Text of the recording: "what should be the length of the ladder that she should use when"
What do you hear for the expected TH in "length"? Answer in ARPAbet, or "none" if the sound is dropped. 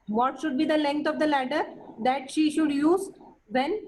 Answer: T